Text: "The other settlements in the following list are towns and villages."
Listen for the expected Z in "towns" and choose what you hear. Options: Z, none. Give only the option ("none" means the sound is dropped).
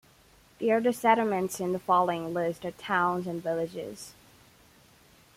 Z